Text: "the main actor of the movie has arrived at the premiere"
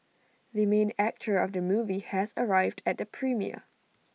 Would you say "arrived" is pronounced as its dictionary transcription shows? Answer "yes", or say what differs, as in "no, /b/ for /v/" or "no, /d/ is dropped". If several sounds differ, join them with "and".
yes